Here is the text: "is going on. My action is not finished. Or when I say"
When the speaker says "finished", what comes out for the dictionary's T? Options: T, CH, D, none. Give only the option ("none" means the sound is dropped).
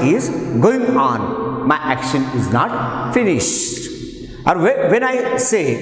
T